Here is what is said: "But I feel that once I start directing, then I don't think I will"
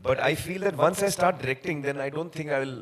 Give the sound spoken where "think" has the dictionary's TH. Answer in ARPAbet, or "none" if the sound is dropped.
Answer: T